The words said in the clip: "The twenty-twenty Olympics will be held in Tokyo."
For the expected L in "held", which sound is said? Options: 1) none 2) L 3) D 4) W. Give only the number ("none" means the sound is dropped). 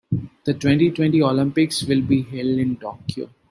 2